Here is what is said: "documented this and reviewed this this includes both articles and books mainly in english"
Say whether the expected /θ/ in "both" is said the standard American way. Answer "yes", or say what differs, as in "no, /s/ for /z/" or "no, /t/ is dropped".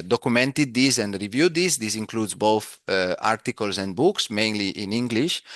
yes